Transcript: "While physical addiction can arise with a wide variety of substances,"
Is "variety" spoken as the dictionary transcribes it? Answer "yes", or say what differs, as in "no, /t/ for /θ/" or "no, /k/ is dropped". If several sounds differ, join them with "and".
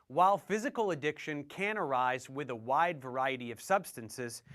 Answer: yes